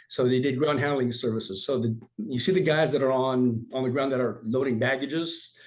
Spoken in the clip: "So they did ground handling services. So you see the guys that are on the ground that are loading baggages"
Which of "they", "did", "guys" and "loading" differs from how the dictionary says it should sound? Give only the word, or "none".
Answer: none